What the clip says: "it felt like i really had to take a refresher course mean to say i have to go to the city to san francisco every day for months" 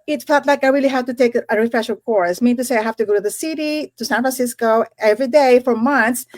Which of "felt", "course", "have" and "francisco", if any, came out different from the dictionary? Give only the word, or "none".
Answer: have